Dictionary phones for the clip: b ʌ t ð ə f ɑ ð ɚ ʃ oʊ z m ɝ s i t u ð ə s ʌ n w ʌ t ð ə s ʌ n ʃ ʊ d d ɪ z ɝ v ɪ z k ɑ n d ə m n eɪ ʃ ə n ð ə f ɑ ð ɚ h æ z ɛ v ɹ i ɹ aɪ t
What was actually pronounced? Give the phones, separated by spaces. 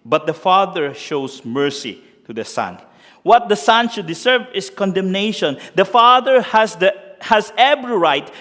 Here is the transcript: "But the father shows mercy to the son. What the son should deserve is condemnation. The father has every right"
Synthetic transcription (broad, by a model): b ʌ t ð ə f ɑ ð ɚ ʃ oʊ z m ɝ s i t u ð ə s ʌ n w ʌ t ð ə s ʌ n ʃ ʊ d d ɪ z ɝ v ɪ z k ɑ n d ə m n eɪ ʃ ə n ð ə f ɑ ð ɚ h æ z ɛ b ɹ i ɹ aɪ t